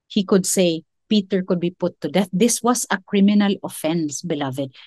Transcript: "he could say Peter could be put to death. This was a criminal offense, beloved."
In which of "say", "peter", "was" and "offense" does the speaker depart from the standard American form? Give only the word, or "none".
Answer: was